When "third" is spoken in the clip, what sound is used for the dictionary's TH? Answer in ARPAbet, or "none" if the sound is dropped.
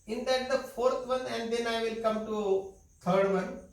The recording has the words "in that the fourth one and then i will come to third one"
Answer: T